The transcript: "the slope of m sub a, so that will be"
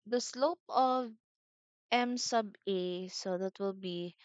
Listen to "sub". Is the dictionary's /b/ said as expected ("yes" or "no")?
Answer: yes